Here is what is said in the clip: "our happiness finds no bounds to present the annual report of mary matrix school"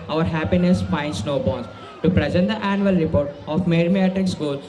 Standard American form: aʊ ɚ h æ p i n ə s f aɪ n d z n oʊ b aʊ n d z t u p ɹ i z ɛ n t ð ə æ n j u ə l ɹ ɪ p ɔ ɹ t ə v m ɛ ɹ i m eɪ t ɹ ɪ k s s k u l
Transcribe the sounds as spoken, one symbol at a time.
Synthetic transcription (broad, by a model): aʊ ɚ h æ p i n ə s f aɪ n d s n oʊ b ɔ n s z t u p ɹ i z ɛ n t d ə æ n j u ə l ɹ ɪ p ɔ ɹ t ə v m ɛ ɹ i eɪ t ɪ k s s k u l